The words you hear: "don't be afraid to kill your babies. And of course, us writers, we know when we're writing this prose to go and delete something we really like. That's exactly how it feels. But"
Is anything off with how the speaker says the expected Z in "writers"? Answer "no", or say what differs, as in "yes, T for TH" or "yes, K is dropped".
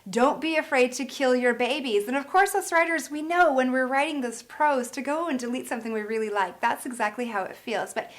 no